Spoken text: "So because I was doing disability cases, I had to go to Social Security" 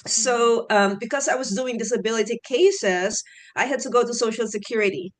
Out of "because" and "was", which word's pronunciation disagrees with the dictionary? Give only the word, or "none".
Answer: none